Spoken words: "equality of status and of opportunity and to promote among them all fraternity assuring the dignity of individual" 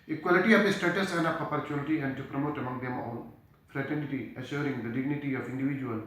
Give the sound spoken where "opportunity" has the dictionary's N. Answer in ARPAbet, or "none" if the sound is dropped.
L